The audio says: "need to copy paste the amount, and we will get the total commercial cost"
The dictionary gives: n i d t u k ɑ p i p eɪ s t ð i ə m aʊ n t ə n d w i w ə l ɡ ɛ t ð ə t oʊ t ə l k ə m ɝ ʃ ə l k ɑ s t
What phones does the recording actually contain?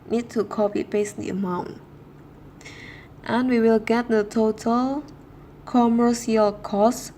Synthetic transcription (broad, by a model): n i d t u k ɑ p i b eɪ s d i ə m aʊ n t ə n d w i w ə l ɡ ɛ t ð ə t oʊ t ə l k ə m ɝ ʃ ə l k ɑ s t